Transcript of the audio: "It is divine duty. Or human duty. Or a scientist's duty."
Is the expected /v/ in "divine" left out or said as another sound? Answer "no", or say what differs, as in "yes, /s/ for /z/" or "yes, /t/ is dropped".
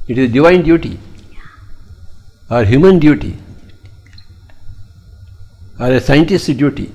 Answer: no